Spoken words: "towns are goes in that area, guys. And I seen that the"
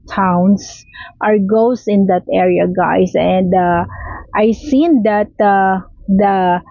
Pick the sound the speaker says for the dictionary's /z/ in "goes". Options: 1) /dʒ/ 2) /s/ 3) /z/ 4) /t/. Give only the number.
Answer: 2